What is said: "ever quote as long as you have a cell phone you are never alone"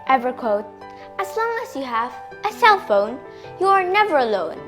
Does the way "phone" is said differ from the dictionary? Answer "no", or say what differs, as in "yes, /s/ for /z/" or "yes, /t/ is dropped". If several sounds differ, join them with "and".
no